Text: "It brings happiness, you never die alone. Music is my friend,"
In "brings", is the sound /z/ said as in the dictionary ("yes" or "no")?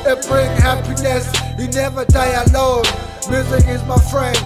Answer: no